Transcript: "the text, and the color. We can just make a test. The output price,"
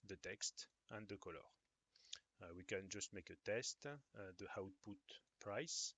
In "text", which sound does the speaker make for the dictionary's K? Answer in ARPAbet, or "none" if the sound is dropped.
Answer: K